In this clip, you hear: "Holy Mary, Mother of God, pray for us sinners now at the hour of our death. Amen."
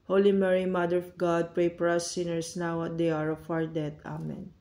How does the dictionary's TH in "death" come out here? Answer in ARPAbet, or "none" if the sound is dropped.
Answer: T